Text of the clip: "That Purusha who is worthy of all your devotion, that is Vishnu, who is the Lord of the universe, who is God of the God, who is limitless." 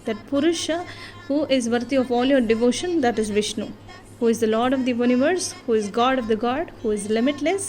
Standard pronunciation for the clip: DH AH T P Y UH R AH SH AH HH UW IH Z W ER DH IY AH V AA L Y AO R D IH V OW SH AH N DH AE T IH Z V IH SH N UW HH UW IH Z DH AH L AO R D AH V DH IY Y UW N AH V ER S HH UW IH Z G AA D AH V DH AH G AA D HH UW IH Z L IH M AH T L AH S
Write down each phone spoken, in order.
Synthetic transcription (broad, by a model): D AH T P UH R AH SH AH HH UW IH Z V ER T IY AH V AA L Y AO R D IH V OW SH AH N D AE T IH Z V IH SH N UW HH UW IH Z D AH L AO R D AH V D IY Y UW N AH V ER S HH UW IH Z G AA D AH V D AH G AA D HH UW IH Z L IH M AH T L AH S